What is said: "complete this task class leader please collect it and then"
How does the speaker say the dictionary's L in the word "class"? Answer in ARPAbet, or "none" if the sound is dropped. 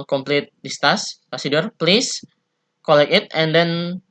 none